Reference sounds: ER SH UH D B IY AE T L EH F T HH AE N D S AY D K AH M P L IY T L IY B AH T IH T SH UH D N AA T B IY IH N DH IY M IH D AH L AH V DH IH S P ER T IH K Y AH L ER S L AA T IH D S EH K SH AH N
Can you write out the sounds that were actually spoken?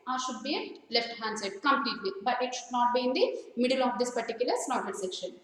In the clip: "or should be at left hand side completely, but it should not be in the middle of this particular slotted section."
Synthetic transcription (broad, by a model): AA SH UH D B IY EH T L EH F T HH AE N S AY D K AH M P L IY T L IY B AH T IH T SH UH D N AA T B IY IH N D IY M IH D AH L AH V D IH S P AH T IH K Y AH L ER S N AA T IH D S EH K SH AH N